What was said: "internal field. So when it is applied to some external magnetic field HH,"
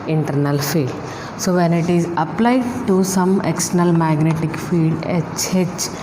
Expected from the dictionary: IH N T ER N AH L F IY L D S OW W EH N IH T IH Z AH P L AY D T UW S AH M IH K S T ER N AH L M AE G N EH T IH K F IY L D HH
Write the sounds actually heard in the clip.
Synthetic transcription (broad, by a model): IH N T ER N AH L F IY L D S OW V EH N IH T IH Z AH P L AY D T UW S AH M IH K S T ER N AH L M AE G N EH T IH K F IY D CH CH